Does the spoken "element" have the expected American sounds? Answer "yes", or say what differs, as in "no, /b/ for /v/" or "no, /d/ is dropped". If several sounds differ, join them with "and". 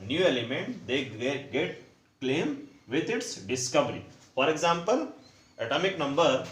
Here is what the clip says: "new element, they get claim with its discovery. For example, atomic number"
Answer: yes